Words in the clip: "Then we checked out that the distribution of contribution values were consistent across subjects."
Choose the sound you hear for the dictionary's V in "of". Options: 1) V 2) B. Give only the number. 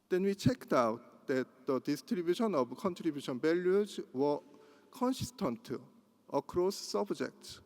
2